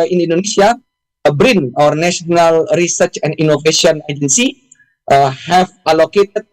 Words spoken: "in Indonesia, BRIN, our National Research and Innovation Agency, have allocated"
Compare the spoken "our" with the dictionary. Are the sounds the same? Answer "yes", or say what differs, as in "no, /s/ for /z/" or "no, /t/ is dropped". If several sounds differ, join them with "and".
yes